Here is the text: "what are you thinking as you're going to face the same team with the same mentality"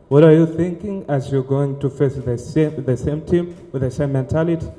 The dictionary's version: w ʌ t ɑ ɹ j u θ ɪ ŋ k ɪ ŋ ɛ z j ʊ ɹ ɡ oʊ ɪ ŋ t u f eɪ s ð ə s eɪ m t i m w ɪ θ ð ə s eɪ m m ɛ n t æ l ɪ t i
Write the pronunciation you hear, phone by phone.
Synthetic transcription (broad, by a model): w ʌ t ɑ ɹ j u θ ɪ ŋ k ɪ ŋ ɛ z j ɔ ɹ ɡ oʊ ɪ ŋ t u f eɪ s ð ə s eɪ m t i m w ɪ ð ə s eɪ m m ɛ n t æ l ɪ t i